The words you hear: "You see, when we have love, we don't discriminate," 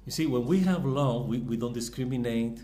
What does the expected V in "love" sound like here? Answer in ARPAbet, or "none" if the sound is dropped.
W